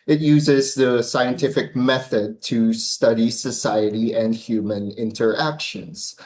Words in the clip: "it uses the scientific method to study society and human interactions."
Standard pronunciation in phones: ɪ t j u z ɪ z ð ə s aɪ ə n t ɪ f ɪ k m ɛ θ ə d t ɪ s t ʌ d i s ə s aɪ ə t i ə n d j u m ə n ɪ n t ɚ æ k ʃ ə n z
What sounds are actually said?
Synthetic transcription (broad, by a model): ɪ t j u z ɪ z ð ə s aɪ ə n t ɪ f ɪ k m ɛ θ ə d t ɪ s t ʌ d i s ə s aɪ ə t i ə n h j u m ə n ɪ n t ɚ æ k ʃ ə n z